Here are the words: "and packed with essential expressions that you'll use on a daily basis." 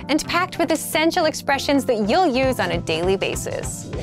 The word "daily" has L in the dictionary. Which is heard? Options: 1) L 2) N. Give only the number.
1